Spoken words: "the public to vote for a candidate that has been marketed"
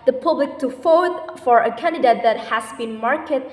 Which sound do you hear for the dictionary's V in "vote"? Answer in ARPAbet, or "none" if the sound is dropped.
F